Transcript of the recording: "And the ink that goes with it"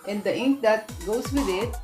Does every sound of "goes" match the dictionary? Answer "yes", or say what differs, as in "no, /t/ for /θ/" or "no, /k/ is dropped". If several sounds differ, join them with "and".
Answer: no, /s/ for /z/